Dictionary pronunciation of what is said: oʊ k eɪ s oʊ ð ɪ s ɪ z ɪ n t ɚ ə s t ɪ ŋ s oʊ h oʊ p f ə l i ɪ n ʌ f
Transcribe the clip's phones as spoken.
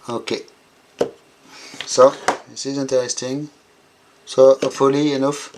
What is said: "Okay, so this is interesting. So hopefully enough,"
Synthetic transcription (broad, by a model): oʊ k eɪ s oʊ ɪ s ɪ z ɪ n t ɚ ə s t ɪ ŋ s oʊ oʊ f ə l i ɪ n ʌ f